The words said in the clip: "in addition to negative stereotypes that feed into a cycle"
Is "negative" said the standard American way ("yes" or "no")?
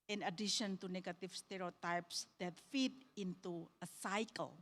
no